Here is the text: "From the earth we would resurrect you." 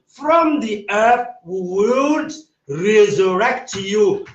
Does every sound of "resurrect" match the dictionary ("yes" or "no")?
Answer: yes